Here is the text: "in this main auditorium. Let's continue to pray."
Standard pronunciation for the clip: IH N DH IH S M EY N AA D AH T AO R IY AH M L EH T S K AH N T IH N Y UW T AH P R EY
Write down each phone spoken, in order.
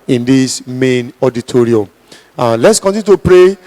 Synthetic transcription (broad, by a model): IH N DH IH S M EY N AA D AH T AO R IY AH M L EH T S K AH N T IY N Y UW T AH P R EY